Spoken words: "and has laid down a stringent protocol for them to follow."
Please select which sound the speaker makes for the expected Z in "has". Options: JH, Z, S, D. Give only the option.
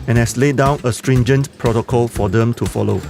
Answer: S